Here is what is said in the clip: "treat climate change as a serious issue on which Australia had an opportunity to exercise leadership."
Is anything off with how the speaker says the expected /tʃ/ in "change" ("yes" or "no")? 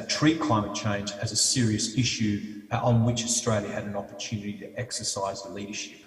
no